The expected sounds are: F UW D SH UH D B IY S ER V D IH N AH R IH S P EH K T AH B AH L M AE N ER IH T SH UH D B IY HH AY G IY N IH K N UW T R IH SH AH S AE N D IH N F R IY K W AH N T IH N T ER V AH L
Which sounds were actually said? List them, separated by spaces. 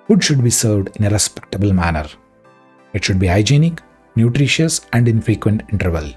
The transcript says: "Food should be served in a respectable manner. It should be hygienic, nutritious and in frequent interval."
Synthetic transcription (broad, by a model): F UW D SH UH D B IY S ER V D IH N AH R IH S P EH K T AH B AH L M AE N ER IH T SH UH D B IY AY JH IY N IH K N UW T R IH SH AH S AE N D IH N F R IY K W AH N T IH N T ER V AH L